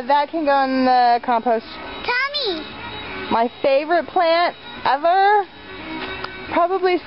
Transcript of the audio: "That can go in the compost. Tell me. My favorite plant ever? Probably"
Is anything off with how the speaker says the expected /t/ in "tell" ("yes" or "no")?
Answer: no